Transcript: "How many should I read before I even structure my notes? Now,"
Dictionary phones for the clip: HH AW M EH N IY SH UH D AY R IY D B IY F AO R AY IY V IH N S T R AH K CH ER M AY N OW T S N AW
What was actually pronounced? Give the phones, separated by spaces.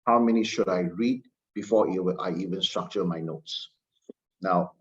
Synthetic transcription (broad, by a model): HH AW M EH N IY SH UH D AY R IY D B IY F AO W AY IY V IH N S T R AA K CH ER M AY N OW T S N AW